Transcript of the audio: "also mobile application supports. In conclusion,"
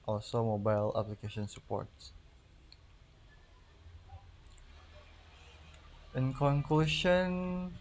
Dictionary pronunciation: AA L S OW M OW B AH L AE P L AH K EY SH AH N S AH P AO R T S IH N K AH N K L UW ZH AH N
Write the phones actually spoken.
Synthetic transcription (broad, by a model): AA L S OW M OW B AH L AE P L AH K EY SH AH N S AH P AO R T S IH N K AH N K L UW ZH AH N